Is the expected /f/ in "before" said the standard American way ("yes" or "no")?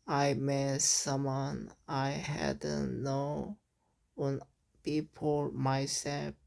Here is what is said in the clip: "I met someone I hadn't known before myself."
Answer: no